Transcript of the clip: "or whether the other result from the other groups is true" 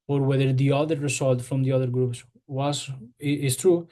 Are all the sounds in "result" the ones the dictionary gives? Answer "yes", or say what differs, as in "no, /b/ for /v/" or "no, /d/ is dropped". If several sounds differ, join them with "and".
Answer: no, /s/ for /z/